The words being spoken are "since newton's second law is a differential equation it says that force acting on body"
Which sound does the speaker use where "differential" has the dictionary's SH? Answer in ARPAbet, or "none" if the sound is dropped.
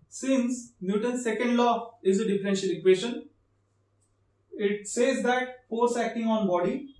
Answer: SH